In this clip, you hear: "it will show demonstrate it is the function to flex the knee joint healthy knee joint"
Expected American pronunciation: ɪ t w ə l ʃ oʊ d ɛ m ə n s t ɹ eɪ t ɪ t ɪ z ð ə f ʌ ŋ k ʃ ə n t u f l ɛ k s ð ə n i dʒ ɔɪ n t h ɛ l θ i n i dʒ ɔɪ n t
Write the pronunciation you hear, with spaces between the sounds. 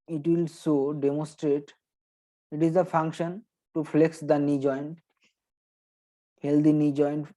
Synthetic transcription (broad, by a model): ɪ t w ə l s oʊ d ɛ m ə n s t ɹ eɪ t ɪ t ɪ z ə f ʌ ŋ k ʃ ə n t u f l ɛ k s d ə n i dʒ ɔɪ n t h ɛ l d i n i dʒ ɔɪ n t